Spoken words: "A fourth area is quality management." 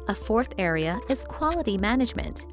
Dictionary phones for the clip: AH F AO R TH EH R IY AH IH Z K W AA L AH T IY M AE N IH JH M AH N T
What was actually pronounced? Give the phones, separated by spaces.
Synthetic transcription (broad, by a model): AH F AO R TH EH R IY AH IH Z K W AA L AH T IY M AE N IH JH M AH N T